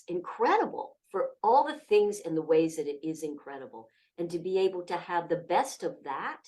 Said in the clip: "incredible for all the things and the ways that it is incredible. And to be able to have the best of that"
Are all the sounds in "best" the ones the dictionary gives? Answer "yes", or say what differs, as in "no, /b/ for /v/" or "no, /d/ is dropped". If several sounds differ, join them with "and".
yes